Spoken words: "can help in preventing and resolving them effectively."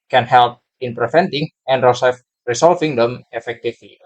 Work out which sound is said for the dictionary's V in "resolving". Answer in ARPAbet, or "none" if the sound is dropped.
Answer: F